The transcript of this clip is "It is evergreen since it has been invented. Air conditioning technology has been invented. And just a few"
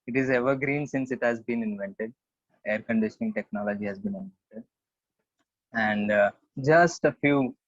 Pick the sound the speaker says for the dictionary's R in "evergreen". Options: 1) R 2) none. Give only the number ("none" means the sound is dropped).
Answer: 1